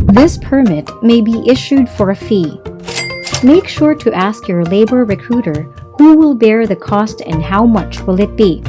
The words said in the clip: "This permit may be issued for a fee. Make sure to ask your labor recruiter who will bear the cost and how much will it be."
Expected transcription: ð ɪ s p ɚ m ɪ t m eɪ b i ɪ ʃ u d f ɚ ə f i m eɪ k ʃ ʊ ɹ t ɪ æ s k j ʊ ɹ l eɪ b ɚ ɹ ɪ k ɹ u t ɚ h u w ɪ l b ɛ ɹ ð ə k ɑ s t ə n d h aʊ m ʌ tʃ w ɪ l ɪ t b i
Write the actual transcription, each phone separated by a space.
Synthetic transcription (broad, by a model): ð ɪ s p ɚ m ɪ t m eɪ b i ɪ ʃ u d f ɚ ə f i m eɪ k ʃ ʊ ɹ t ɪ æ s k j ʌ ɹ l eɪ b ɚ ɹ ɪ k ɹ u t ɚ h u w ɪ l b ɛ ɹ ð ə k ɑ s t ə n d h aʊ m ʌ tʃ w ɪ l ɪ t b i